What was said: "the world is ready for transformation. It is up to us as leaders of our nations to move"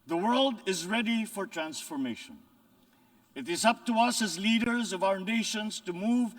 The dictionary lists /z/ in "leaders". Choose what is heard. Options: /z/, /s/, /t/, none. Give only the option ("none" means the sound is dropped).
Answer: /z/